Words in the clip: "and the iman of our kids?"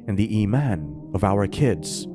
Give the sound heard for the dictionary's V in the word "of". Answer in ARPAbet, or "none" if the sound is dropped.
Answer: V